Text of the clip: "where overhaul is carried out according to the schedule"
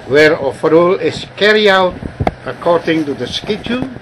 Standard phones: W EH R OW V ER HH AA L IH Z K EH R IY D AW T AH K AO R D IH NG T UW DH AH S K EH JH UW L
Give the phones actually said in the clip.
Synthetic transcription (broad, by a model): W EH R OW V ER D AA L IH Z K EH R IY AW T AH K AO R D IH NG T UW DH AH S K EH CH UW